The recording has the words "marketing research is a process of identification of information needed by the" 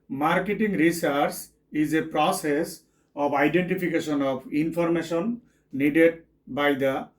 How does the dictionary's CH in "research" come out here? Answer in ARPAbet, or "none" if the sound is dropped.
S